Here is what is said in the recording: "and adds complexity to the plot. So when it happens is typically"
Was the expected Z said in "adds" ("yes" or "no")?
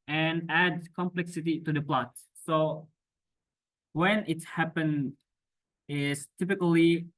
no